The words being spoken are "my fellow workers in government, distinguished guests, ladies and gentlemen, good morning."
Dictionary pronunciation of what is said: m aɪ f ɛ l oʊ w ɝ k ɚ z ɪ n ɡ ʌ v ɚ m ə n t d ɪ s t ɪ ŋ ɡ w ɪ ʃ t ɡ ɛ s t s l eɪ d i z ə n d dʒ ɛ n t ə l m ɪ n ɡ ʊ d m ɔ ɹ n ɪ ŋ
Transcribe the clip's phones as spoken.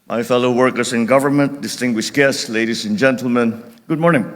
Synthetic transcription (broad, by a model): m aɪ f ɛ l oʊ w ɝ k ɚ s ɪ n ɡ ʌ v ɚ m ə n t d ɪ s t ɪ ŋ ɡ w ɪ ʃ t ɡ ɛ s t s l eɪ d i s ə n dʒ ɛ n t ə l m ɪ n ɡ ʊ d m ɔ ɹ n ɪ ŋ